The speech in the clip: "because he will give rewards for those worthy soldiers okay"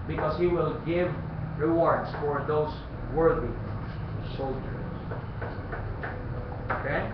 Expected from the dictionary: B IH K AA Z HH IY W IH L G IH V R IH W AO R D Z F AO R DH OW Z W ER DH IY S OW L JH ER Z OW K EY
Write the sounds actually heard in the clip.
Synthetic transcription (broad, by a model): B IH K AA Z HH IY W IH L G IH V R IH W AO R D S F AO R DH OW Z W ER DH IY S OW L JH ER S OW K EY